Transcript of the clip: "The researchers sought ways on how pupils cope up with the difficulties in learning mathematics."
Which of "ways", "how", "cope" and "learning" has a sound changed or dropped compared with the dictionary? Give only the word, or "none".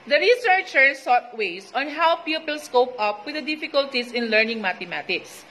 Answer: ways